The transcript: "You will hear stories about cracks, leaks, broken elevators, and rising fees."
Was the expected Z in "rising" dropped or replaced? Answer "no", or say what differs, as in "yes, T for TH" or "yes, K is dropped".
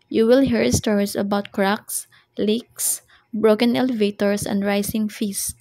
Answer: yes, S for Z